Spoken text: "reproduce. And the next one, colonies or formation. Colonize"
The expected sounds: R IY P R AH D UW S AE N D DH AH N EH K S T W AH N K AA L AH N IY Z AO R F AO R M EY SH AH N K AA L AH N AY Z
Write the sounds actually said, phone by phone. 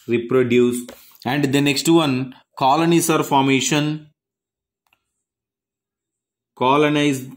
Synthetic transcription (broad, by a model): R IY P R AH D UW S AE N D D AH N EH K S T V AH N K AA L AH N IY S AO R F AO R M EY SH AH N K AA L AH N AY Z